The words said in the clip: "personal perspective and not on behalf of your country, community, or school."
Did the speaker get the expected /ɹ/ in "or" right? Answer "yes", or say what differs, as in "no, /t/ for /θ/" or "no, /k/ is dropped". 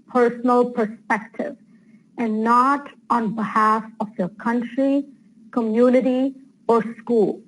yes